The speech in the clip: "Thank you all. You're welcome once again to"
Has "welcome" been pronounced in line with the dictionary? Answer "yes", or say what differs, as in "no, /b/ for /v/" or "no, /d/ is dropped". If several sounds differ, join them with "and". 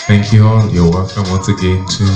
no, /l/ is dropped